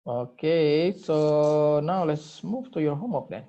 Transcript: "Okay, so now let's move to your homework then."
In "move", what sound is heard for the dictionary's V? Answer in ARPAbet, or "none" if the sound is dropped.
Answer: F